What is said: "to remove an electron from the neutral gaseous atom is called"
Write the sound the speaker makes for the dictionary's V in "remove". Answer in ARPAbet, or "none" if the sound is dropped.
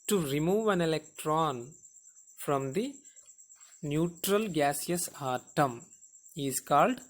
V